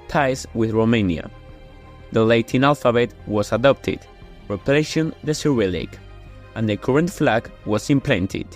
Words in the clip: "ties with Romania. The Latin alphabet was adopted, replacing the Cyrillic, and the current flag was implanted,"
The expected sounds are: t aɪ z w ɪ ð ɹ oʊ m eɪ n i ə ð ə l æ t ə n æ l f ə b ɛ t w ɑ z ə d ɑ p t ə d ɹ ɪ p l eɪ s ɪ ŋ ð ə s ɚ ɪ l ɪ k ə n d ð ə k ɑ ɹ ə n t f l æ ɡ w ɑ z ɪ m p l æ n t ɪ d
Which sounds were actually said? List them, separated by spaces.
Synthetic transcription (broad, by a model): t aɪ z w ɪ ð ɹ oʊ m eɪ n i ə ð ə l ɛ t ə n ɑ l f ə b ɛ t w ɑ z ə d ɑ p t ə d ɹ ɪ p l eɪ ʃ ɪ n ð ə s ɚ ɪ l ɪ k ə n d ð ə k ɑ ɹ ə n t f l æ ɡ w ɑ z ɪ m p l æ n t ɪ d